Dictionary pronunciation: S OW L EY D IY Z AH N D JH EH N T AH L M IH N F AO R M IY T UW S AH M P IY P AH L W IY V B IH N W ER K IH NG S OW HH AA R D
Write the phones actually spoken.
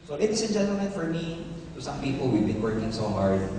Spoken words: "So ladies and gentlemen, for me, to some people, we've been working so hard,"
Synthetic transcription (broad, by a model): S OW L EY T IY S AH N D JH EH N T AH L M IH N F AO R M IY T UW S AH M P IY P AH L W IY V B IH N W ER K IH NG S OW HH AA R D